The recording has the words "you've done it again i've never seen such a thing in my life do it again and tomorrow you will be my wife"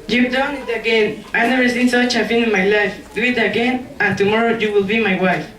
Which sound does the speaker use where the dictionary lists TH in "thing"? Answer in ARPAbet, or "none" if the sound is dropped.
F